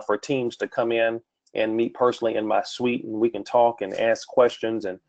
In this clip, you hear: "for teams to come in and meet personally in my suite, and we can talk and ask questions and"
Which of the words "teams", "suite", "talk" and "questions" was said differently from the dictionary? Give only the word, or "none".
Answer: none